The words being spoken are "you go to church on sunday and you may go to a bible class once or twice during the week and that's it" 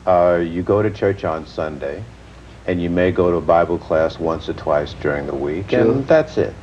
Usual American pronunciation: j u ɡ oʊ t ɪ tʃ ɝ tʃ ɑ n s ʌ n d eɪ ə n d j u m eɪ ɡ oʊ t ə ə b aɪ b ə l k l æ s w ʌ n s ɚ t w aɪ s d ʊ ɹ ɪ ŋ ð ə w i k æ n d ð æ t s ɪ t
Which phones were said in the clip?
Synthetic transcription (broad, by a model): j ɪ ɡ oʊ t ɪ tʃ ɝ tʃ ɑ n s ʌ n d eɪ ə n j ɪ m eɪ ɡ oʊ t ə ə b aɪ b l k l æ s w ʌ n s ɚ t w aɪ s d ʊ ɹ ɪ ŋ ð ə w i k ð æ t s ɪ t